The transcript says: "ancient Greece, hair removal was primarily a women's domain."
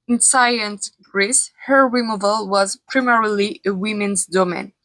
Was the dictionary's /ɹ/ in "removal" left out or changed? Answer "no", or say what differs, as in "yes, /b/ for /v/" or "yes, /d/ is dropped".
yes, /w/ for /ɹ/